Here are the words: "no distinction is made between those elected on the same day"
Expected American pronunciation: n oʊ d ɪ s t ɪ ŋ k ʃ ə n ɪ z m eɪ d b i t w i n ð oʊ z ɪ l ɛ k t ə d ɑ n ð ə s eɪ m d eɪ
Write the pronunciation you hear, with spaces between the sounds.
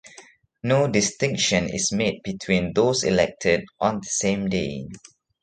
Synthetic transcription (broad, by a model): n oʊ d ɪ s t ɪ ŋ k ʃ ə n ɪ s m eɪ d b i t w i n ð oʊ s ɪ l ɛ k t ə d ɑ n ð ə s eɪ m d eɪ